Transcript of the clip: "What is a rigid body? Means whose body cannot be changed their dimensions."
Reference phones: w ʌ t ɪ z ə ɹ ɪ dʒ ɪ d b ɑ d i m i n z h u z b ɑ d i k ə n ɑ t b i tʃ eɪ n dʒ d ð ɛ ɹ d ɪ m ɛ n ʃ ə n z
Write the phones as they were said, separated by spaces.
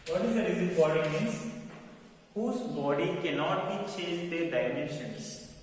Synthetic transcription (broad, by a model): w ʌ t ɪ z ə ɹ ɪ z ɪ b ɑ d i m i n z h u z b ɑ d i k ə n ɑ t b i tʃ eɪ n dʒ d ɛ d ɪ m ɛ n ʃ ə n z